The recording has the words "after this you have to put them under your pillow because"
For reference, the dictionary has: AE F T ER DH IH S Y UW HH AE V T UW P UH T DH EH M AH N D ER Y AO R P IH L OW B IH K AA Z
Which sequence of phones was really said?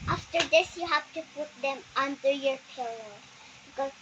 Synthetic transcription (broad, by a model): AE F T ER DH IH S Y UW HH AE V T UW P UH T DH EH M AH N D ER Y AO R P IH L OW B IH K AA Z